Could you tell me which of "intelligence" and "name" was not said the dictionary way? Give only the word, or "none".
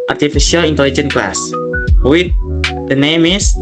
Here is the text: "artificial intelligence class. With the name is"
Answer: intelligence